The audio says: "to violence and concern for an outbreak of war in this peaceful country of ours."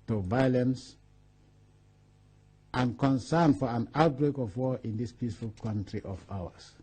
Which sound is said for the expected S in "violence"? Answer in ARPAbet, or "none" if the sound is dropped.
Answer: S